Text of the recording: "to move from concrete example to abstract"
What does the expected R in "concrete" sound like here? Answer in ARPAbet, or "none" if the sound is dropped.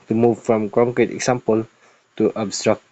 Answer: none